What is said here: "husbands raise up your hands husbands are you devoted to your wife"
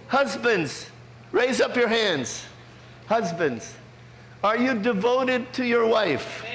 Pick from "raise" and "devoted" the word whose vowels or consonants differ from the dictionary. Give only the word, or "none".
none